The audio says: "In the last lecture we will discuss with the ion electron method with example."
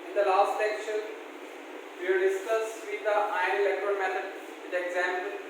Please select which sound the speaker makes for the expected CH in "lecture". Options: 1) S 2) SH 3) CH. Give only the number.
2